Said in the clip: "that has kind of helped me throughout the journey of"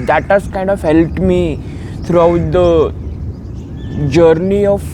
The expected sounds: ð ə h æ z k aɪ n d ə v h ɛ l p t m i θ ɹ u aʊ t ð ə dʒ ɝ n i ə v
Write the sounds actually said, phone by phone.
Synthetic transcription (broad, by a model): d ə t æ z k aɪ n d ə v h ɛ l t m i t ɹ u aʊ t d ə dʒ ɝ n i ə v